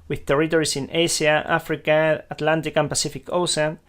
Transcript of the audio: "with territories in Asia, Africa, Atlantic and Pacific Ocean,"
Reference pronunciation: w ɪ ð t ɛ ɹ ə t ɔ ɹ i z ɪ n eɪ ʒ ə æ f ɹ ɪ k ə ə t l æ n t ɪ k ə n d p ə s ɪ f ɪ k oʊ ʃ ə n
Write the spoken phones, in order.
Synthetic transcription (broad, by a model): w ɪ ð t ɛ ɹ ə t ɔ ɹ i s ɪ n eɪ s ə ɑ f ɹ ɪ k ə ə t l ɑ n t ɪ k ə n p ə s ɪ f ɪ k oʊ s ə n